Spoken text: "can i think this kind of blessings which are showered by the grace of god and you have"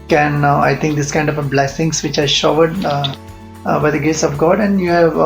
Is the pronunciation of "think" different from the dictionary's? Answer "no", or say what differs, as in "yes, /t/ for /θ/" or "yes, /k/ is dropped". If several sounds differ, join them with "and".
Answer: yes, /t/ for /θ/